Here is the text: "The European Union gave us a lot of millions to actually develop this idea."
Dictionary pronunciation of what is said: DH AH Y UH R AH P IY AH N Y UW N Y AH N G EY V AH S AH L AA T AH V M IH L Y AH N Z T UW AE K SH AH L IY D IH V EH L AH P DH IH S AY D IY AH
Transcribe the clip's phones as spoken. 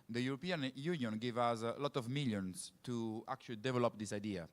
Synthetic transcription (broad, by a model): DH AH Y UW R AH P IY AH N Y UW N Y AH N G EY V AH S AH L AA T AH V M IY L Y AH N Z T UW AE K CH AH L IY D IH V EH L AH P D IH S AY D IY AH